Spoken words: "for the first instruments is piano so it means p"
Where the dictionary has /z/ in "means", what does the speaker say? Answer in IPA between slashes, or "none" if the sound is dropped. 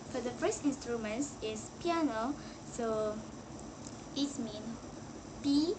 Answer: none